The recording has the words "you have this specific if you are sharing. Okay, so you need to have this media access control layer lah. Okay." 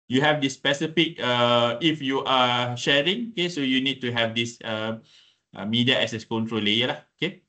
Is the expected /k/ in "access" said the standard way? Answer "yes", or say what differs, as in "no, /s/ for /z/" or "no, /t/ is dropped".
no, /k/ is dropped